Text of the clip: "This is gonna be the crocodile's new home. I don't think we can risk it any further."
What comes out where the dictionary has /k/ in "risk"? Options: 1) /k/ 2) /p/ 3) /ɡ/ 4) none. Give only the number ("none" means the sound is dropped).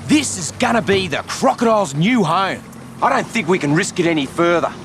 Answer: 1